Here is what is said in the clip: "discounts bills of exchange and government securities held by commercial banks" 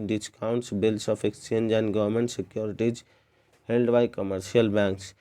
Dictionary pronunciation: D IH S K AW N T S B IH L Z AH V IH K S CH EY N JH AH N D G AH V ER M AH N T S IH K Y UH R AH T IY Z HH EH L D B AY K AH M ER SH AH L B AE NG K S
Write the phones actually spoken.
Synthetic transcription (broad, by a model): D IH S K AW N T S B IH L S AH P IH K S CH EY N JH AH N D G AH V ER M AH N T S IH K Y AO R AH T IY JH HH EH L D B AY K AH M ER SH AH L B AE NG K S